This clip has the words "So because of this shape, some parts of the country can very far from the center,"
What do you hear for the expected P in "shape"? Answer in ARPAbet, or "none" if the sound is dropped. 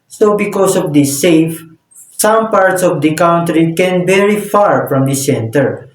F